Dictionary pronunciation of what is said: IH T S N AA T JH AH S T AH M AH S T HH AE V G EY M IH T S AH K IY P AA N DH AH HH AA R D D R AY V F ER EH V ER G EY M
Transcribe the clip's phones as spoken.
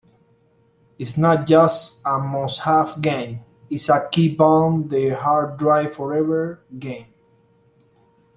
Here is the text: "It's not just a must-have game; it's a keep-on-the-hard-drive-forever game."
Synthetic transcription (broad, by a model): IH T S N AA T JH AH S T AH M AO S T HH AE F G EY M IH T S AH K IY B AA N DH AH HH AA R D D R AY F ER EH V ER G EY M